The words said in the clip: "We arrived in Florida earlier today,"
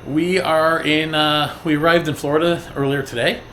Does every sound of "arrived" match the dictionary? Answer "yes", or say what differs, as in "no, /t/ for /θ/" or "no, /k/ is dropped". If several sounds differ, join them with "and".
yes